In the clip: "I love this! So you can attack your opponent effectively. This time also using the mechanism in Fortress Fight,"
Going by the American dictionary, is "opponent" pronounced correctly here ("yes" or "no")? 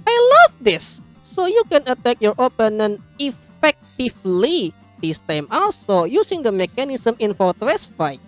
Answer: no